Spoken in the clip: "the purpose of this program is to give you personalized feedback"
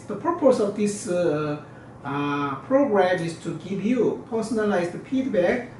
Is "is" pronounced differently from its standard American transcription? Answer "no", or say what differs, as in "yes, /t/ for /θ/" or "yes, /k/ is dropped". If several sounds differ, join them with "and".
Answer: yes, /s/ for /z/